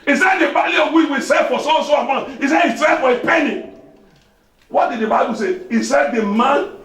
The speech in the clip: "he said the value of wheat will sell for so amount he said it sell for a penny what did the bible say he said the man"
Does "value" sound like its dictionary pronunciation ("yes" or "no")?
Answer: no